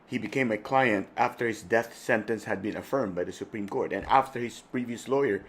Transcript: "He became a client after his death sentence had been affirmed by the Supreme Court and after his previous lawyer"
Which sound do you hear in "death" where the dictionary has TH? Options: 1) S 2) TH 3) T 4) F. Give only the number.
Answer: 2